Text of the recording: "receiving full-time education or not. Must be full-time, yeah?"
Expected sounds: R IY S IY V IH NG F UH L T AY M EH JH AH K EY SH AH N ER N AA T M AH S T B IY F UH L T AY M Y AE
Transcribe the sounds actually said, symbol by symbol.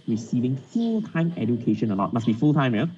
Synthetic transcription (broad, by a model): R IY S IY V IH NG F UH L T AY M EH JH AH K EY SH AH N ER L AA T M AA S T B IY F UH L T AY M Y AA